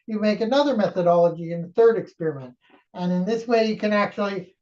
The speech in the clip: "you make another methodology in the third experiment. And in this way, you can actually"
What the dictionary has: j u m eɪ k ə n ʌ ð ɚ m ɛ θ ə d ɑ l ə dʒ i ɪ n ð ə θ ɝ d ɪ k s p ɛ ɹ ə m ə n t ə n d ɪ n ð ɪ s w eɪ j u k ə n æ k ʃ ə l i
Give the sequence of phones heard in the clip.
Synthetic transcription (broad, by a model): j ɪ m eɪ k ə n ʌ ð ɚ m ɛ θ ə d ɑ l ə dʒ i ɪ n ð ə θ ɝ d ɪ k s p ɛ ɹ ə m ə n t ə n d ɪ n ð ɪ s w eɪ j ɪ k ə n æ k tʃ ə l i